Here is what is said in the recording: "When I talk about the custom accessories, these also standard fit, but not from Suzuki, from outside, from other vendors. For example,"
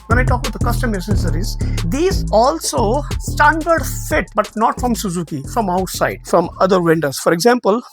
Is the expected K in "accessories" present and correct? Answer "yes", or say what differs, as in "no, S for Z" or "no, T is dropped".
no, K is dropped